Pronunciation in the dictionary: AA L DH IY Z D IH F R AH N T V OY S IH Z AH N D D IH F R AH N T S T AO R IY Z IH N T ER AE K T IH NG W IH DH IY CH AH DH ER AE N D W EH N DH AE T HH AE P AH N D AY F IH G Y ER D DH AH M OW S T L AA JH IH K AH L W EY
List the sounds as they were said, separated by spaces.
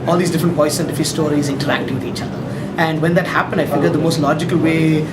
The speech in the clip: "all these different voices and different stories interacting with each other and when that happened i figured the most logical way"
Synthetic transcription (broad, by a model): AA L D IY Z D IH F R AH N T P OY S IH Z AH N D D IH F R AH S T AO R IY Z IH N T ER AE K T IH NG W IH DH IY CH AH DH ER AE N D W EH N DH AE T HH AE P AH N D AY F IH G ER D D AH M OW S T L AA JH IH K AH L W EY